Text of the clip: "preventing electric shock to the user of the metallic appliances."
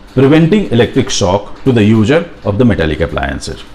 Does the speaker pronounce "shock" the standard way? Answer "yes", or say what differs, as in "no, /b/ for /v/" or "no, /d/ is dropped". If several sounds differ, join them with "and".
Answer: no, /s/ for /ʃ/